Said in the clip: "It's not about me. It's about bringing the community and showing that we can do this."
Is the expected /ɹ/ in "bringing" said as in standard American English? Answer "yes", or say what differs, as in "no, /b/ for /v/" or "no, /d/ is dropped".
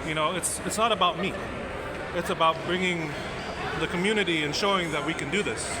yes